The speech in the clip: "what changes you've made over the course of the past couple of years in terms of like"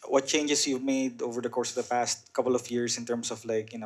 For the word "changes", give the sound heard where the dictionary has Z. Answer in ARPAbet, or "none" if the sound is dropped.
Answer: S